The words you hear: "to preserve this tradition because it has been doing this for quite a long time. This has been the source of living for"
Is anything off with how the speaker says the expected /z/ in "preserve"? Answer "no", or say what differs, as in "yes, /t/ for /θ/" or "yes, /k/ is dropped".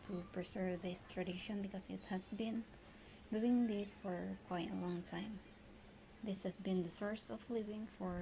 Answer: yes, /s/ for /z/